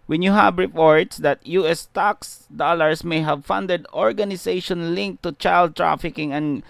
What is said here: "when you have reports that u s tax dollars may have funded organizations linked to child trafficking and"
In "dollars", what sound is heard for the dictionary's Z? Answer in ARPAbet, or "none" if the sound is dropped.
S